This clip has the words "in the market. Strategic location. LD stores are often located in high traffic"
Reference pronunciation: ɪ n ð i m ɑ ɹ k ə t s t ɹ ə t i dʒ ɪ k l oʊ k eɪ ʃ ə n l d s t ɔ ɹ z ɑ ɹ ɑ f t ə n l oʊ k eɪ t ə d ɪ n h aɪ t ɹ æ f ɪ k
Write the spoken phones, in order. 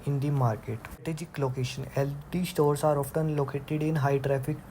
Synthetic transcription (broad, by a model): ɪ n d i m ɑ ɹ k ə t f t ə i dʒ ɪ k l oʊ k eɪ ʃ ə n l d s t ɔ ɹ s ɑ ɹ ɑ f t ə n l oʊ k eɪ t ə d ɪ n h aɪ t ɹ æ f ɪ k